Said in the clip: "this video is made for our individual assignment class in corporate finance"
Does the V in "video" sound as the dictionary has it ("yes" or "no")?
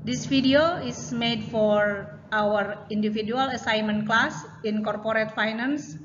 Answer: no